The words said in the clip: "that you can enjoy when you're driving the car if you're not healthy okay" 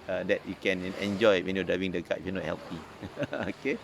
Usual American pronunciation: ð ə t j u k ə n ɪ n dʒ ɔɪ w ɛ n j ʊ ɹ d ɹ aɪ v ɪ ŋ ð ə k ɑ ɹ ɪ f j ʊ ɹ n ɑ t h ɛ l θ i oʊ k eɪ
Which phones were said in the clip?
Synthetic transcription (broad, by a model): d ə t j u k ə n ɪ n dʒ ɔɪ w ɛ n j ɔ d aɪ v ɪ ŋ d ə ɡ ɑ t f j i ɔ n ɑ t h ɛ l t i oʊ k eɪ